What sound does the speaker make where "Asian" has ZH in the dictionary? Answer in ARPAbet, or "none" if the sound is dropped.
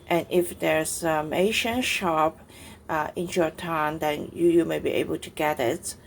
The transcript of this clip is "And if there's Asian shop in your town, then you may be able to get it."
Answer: SH